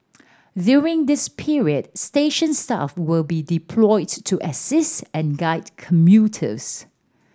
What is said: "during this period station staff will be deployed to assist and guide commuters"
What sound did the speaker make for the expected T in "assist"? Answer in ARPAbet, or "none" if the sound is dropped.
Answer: T